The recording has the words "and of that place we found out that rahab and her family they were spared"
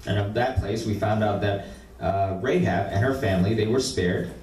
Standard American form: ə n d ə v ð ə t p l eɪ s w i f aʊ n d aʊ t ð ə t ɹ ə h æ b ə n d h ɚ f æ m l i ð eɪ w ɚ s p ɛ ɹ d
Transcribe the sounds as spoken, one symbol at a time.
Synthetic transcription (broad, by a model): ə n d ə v ð ə t p l eɪ s w i f aʊ n d aʊ t ð ə t ɹ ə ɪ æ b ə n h ɚ f æ m l i ð eɪ w ɚ s p ɛ ɹ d